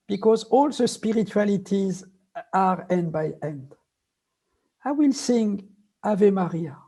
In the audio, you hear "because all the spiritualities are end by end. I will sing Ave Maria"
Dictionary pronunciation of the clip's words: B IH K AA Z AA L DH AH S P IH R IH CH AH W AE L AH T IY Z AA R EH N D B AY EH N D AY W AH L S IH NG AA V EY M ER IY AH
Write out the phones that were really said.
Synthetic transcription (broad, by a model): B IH K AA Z AA L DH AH S P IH R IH CH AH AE L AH T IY Z AA R EH N D B AY EH N D AY W AH L S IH NG AA V EY M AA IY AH